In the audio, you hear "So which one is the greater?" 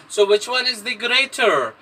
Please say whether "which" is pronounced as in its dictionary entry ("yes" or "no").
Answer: yes